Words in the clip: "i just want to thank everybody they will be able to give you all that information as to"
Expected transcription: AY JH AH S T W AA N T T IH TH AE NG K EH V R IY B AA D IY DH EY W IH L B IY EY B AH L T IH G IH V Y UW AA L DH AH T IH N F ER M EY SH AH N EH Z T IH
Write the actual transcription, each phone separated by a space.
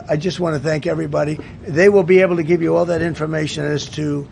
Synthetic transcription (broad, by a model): AY JH AH S T W AA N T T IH TH AE NG K EH V R IY B AA D IY DH EY W IH L B IY EY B L T IH G IH V Y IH AA L DH AH T IH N F ER M EY SH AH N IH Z T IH